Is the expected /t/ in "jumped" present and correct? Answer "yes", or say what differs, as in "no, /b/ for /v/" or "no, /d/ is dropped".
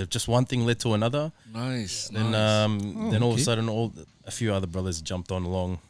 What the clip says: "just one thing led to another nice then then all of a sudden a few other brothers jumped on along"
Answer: yes